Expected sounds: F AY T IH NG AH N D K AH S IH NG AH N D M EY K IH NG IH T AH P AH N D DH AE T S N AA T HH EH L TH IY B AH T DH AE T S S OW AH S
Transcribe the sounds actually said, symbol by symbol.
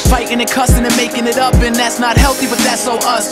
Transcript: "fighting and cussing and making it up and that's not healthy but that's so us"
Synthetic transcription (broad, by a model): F AY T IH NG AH K AH S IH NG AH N M EY K IH NG IH T AH P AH N DH AE T S N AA T HH EH L TH IY B AH T DH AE T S S OW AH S